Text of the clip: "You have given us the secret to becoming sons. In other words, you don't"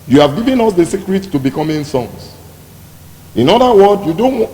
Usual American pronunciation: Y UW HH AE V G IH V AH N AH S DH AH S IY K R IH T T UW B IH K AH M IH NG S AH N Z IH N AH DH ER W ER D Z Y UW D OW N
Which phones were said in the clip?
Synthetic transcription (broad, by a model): Y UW HH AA V G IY V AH N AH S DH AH S IY K R IH T T UW B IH K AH M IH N S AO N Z IH N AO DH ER W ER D Y UW D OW N